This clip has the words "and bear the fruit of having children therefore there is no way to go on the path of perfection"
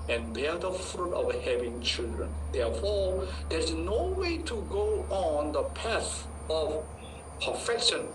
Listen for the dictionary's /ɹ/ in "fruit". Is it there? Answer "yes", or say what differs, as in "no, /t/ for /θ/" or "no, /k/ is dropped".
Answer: yes